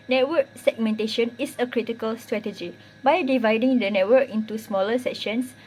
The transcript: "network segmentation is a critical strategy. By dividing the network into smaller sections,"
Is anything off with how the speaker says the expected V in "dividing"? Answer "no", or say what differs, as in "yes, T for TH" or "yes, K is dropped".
no